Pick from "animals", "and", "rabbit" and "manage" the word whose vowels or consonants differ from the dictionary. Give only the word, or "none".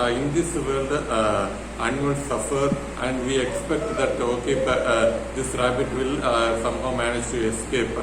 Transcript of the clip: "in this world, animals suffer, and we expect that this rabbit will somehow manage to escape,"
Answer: animals